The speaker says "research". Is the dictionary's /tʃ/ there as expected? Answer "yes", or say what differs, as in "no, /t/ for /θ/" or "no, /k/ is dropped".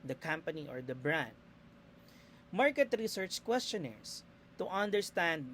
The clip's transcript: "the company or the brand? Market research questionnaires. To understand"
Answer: yes